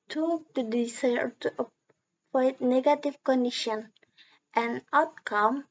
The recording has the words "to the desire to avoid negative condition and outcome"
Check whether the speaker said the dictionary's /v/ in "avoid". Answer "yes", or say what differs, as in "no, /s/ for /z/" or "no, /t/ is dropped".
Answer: no, /p/ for /v/